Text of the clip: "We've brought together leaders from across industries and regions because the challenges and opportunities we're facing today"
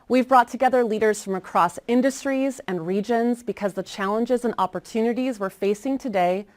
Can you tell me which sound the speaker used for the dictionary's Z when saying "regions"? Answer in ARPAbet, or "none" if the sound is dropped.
Z